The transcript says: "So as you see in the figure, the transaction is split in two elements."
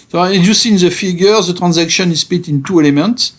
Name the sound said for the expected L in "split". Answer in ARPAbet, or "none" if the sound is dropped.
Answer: none